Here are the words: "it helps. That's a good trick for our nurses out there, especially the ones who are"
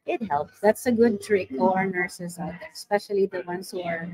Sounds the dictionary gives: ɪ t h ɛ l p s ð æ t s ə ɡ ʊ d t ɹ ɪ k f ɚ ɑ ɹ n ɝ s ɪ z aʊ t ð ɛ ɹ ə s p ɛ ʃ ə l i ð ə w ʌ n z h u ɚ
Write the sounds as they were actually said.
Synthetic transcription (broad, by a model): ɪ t h ɛ l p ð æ t s ə ɡ ʊ d t ɹ ɪ k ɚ ɑ ɹ n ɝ s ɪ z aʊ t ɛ s p ɛ ʃ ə l i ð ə w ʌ n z h u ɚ